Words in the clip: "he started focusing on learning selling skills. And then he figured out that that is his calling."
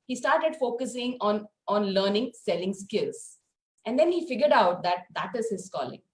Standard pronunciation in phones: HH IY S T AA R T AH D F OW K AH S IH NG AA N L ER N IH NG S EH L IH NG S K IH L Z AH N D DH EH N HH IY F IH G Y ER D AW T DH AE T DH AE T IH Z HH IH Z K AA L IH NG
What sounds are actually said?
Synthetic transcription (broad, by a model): HH IY S T AA R T AH D F OW K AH S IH NG AA N L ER N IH NG S EH L IH NG S K IH L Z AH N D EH N HH IY F IH G Y ER D AW T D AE T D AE T IH Z HH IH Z K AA L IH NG